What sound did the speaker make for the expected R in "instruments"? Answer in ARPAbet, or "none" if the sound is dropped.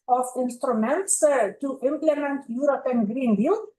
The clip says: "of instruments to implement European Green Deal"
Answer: R